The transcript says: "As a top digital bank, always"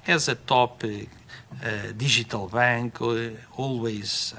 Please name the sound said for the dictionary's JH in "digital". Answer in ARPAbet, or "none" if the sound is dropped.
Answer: ZH